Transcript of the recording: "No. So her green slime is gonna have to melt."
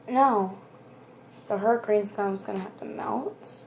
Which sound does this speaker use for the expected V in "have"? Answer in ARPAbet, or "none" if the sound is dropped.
F